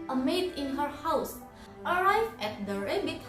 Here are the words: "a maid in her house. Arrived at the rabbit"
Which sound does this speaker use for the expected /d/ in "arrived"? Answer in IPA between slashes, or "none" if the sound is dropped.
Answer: none